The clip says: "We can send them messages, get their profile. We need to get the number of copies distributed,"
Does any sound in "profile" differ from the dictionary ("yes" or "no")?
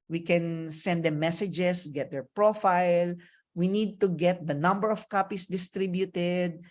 no